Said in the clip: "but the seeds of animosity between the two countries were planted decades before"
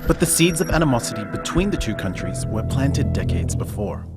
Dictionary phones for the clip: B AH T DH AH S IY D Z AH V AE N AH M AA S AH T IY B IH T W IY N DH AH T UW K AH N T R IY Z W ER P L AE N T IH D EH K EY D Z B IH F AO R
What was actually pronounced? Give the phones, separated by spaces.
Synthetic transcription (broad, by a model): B AH T DH AH S IY D Z AH V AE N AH M AA S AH T IY B IH T W IY N DH AH T UW K AH N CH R IY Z W ER P L AE N T IH D EH K EY D Z B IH F AO R